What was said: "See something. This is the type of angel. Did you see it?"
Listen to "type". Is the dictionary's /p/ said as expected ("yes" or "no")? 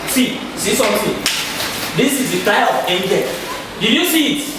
no